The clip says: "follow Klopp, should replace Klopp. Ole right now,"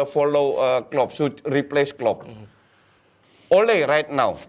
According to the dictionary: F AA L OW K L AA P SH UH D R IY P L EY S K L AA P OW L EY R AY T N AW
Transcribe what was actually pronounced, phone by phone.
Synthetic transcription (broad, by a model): F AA L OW K L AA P S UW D R IY P L EY S K L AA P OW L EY R AY T N AW